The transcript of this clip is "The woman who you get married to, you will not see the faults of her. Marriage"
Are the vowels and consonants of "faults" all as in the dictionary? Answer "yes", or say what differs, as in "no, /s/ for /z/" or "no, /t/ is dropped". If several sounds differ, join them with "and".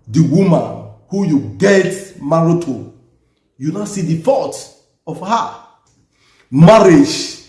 no, /l/ is dropped and /s/ is dropped